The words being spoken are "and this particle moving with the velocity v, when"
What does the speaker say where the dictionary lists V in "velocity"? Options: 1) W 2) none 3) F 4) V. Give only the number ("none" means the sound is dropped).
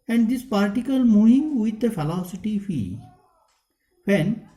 3